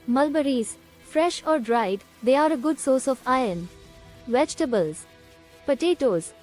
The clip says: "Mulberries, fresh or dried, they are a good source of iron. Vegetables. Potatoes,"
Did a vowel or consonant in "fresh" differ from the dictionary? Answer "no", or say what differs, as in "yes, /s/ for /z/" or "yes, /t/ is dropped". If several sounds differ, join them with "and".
no